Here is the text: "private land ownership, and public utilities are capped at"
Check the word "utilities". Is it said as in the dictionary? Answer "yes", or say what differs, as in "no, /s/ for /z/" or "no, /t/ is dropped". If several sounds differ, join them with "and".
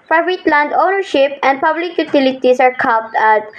no, /s/ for /z/